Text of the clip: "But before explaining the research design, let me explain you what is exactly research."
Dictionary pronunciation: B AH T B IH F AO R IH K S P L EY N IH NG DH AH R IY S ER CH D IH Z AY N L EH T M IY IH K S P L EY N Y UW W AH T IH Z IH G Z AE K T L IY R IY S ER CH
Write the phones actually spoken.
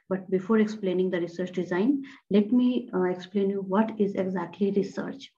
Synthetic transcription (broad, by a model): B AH T B IH F AO R IH K S P L EY N IH NG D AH R IY S ER CH D IH Z AY N L EH T M IY IH K S P L EY N Y UW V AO T IH Z IH G Z AE K T L IY R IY S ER CH